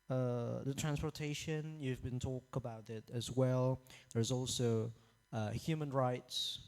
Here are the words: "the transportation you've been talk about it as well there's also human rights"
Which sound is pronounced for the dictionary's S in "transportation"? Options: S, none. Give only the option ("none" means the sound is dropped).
S